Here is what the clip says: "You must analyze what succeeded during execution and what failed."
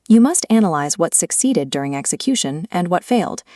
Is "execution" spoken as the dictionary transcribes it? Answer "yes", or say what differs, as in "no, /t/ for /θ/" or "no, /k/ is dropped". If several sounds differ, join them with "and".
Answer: yes